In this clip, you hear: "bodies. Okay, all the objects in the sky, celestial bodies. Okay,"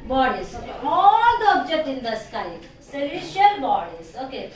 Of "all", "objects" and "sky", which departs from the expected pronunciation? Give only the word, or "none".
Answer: objects